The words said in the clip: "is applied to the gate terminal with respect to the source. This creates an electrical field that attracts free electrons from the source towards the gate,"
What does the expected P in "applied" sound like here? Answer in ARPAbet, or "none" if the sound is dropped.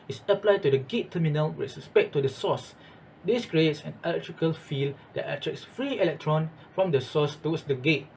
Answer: P